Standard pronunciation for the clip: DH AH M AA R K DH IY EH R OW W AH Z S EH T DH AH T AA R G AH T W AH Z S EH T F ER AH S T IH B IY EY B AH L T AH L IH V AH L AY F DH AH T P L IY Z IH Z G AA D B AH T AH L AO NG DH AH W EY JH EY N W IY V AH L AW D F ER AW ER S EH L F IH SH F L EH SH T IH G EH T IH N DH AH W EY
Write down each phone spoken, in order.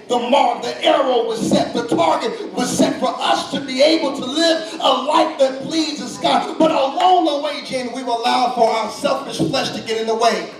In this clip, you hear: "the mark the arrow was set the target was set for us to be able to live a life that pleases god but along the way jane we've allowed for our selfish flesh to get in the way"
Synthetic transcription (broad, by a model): DH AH M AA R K DH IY EH R OW W AH Z S EH T DH AH T AA R G AH T W AH Z S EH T F ER AH S T IH B IY EY B L T AH L IH V AH L AY F DH AH T P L IY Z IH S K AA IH B AH T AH L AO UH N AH W EY JH EY N W IY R AH L AW D F ER AW ER S EH L F IH SH F L EH SH T IH G EH T IH N DH AH W EY